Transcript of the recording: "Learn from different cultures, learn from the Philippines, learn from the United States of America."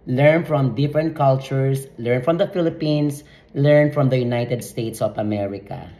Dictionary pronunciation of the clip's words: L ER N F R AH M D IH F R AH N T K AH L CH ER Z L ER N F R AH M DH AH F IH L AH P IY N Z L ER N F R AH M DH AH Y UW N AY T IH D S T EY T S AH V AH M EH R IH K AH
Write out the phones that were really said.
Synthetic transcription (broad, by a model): L ER N F R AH M D IH F R AH N T K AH L CH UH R L ER N F R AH M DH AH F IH L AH P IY N S L ER N F R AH M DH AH Y UW N AY T IH D S T EY T S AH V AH M EH R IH K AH